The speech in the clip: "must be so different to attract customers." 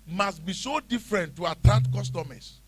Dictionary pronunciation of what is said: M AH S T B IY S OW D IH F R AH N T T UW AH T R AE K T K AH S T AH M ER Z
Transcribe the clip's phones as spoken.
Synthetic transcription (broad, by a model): M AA S T B IY S OW D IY F R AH N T T UW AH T AA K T K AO S T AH M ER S